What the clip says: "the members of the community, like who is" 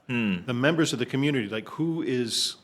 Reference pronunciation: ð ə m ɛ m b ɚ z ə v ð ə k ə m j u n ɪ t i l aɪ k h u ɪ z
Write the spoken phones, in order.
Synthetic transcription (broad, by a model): ð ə m ɛ m b ɚ z ə v ð ə k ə m j u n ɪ t i l aɪ k h u ɪ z